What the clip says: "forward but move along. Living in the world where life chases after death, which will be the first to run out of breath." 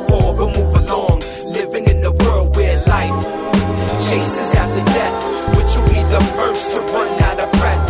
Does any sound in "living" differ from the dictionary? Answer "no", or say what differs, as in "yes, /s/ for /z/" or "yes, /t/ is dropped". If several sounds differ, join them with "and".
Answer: no